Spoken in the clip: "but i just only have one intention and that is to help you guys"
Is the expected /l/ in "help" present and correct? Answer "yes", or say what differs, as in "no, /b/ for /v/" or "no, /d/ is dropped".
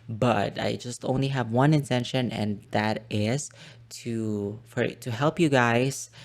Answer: yes